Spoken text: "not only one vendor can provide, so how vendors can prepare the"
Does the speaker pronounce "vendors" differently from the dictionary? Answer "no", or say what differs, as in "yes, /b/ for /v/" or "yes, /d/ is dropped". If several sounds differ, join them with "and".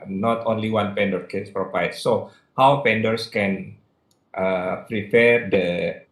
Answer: yes, /p/ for /v/ and /s/ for /z/